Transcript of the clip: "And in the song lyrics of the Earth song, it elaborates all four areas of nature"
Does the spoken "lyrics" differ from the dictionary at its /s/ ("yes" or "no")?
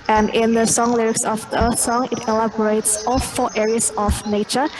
no